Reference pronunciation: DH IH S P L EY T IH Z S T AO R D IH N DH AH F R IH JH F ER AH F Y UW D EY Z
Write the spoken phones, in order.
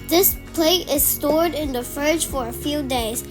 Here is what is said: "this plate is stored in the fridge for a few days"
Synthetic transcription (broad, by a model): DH IH S P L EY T IH Z S T AO R D IH N DH AH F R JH F ER AH F Y UW D EY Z